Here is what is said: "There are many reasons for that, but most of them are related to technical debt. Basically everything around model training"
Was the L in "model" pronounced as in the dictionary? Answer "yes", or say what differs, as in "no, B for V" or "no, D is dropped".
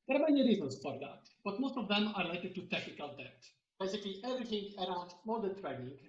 no, N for L